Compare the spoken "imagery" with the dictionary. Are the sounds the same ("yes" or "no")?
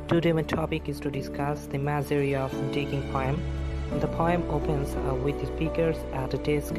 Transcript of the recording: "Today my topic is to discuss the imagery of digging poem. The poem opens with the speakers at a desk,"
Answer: no